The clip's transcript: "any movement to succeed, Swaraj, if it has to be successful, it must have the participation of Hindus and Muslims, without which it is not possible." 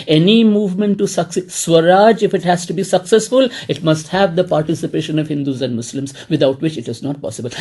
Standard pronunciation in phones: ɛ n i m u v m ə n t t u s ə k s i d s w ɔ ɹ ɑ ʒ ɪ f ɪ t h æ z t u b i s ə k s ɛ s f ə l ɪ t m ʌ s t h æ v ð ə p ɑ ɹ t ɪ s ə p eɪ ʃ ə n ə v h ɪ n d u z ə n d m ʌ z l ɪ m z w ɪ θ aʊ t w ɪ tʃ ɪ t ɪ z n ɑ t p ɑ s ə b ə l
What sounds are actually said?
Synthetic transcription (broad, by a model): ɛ n i m u v m ə n t t u s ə k s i s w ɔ ɹ ɑ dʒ ɪ f ɪ t h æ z t u b i s ə k s ɛ s f ə l ɪ t m ʌ s t h æ v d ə p ɑ ɹ t ɪ s ə p eɪ ʃ ə n ə v h ɪ n d u z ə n d m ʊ s l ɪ m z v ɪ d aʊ t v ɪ tʃ ɪ t ɪ z n ɑ t p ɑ s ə b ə l